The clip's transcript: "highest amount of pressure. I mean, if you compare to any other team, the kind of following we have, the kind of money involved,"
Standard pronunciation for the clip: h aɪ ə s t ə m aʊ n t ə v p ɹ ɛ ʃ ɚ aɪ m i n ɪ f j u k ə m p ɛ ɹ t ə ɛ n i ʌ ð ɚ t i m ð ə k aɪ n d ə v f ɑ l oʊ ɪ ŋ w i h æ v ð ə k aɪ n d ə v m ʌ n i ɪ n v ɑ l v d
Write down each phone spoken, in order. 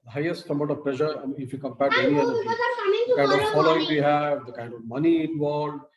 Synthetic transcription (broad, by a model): h aɪ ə s t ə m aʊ t ə v p l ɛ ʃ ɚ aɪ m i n ɪ f j u k ə m p ɛ ɹ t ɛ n i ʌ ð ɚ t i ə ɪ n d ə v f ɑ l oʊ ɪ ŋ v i h æ v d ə k aɪ n d ə v m ʌ n i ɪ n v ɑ l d